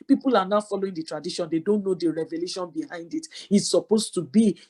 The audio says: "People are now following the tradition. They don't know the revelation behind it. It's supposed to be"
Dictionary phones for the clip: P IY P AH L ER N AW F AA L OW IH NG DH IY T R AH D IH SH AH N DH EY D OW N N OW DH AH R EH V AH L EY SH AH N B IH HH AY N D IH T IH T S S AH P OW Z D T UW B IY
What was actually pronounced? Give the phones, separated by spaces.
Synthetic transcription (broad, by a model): P IY P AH L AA N AW F AA L OW IH NG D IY T R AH D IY SH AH N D EY D OW N N OW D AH R EH V AH L EY SH AH N B IH HH AY N D IH T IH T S S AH P OW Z T UW B IY